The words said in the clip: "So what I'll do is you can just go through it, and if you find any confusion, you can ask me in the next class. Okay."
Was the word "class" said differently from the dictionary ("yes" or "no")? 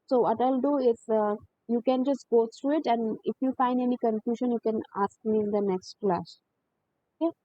yes